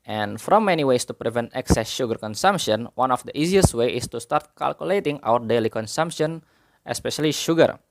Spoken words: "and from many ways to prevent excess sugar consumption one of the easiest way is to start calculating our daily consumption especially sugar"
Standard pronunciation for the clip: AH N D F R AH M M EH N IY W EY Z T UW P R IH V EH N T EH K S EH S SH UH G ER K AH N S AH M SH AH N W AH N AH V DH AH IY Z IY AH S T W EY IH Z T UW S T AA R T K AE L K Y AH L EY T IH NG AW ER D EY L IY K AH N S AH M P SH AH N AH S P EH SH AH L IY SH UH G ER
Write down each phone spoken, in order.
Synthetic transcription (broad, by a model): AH N F R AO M M EH N IY W EY S T UW P R IH V EH N T EH K S EH S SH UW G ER K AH N S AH M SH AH N W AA N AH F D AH IY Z IY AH S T W EY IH S T UW S T AA R T K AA L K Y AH L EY T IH NG AW ER D EY L IY K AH N S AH M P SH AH N AH S P EH SH AH L IY SH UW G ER